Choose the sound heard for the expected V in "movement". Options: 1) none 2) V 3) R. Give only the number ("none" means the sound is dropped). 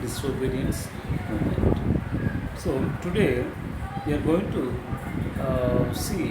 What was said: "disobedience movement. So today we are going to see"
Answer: 1